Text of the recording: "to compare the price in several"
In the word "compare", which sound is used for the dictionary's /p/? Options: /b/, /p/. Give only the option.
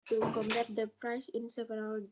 /b/